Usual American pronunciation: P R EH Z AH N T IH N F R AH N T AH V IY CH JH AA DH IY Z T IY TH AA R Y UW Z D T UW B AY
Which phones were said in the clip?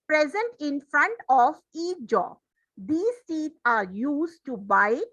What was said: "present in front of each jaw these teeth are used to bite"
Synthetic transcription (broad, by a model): P R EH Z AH N T IH N F R AH N T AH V IY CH JH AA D IY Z S IY T AA R Y UW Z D T UW B AY